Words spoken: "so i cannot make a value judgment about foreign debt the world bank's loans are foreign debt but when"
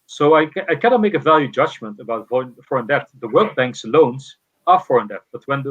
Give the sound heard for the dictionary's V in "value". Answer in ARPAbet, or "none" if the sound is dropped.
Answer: V